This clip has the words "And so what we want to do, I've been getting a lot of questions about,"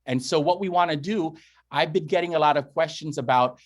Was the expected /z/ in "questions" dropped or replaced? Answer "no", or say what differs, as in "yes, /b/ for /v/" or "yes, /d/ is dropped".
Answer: no